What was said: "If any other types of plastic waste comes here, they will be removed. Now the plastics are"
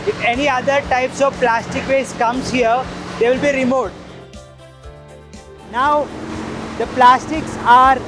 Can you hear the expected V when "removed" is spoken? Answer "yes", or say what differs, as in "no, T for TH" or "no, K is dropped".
no, V is dropped